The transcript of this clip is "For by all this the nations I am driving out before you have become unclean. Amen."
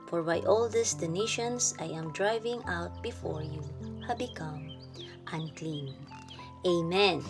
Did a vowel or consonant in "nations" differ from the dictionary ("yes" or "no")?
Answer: yes